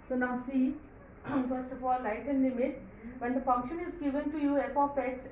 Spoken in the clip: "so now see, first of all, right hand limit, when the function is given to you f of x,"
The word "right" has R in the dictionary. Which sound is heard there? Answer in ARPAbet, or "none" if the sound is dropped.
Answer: L